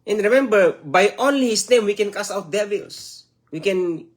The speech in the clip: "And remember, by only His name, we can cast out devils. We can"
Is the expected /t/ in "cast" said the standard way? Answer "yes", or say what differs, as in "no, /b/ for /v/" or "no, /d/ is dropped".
no, /t/ is dropped